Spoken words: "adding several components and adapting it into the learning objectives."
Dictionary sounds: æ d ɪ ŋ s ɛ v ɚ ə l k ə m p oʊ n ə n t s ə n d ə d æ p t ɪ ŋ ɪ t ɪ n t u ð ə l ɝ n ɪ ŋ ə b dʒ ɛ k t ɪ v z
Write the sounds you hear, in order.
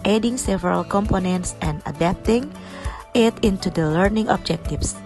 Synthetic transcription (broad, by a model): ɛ d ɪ ŋ s ɛ v ɚ ə l k ə m p oʊ n ə n t s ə n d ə d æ p t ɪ ŋ ɪ t ɪ n t u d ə l ɝ n ɪ ŋ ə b dʒ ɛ k t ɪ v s